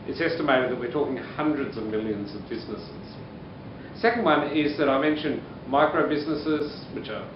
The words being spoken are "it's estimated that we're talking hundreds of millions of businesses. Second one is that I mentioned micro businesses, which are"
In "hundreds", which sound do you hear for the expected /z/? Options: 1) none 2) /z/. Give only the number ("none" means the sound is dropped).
2